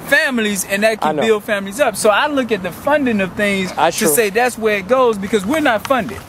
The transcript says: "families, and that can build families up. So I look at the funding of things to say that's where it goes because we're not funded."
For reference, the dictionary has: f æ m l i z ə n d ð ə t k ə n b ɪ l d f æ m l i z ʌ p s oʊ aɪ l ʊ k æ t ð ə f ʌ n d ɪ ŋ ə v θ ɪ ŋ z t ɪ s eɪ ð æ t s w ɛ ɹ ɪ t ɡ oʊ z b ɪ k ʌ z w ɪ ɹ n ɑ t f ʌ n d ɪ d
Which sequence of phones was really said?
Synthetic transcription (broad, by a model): f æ m l i z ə n ð ə t k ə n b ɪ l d f æ m l i z ʌ p s oʊ aɪ l ʊ k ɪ t ð ə f ʌ n d ɪ ŋ ə v θ ɪ ŋ z t ɪ s eɪ ð æ t s w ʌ ɹ ɪ t ɡ oʊ z b ɪ k ʌ z w ɪ ɹ n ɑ t f ʌ n d ɪ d